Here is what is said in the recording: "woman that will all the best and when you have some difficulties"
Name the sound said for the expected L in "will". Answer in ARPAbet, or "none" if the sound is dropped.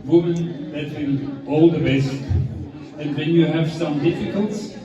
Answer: N